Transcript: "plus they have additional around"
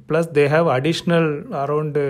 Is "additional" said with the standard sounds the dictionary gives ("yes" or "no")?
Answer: yes